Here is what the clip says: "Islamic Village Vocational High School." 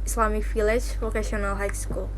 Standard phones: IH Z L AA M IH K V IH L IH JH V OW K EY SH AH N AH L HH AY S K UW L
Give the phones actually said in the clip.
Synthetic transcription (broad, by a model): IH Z L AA M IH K F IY L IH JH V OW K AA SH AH N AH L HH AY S K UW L